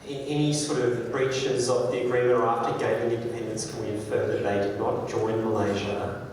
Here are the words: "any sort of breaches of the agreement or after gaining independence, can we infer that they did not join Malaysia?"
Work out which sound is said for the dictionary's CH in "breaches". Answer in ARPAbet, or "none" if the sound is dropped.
CH